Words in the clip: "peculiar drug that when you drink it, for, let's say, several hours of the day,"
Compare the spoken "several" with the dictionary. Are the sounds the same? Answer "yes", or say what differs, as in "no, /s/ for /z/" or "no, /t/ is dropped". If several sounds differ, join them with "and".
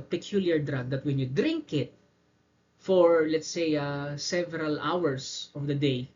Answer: yes